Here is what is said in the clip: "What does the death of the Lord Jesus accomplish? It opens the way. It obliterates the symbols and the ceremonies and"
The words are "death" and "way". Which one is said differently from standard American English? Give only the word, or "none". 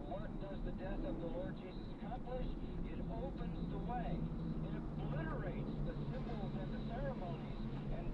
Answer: none